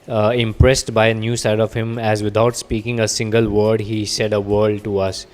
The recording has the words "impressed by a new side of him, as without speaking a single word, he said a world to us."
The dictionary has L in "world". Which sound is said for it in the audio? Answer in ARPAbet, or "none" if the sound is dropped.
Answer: none